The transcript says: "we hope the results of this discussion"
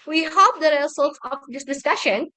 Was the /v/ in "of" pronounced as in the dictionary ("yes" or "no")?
no